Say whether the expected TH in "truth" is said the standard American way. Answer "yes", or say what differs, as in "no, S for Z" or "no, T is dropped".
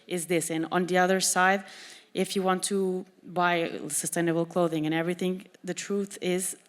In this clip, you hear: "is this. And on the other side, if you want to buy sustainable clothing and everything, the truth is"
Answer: yes